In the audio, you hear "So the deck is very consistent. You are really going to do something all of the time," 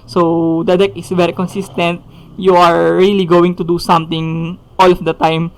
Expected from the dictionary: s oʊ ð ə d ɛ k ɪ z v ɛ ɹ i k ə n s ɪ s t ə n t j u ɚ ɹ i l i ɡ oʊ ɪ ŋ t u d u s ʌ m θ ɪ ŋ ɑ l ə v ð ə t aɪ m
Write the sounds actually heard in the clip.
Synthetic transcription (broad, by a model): s oʊ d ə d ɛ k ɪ s v ɛ ɹ i k ə n s ɪ s t ə n t j u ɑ ɹ i l i ɡ oʊ ɪ ŋ t u d u s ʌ m t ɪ ŋ ɑ l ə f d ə t aɪ m